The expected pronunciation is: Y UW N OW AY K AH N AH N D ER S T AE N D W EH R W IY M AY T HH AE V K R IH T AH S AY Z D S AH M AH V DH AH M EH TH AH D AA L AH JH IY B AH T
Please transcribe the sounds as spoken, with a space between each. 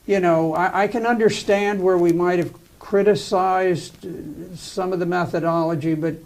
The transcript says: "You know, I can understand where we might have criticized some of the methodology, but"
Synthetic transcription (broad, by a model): Y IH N OW AY K AH N AH N D ER S T AE N D W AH R W IY M AY T HH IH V K R IH T AH S AY Z D S AH M AH V DH AH M EH TH AH D AA L AH JH IY B AH T